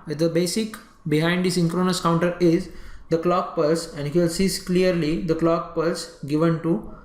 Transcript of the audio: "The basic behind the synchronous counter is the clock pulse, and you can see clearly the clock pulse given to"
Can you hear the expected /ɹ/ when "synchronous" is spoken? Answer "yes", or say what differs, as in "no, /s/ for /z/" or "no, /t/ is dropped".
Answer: yes